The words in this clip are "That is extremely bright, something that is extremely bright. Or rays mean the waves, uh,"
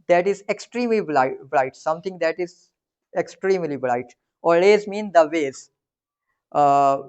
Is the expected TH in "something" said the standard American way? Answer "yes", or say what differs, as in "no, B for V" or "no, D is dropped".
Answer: no, T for TH